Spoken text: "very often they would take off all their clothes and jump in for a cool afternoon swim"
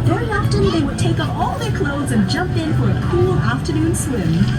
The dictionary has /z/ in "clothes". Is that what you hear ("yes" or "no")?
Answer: yes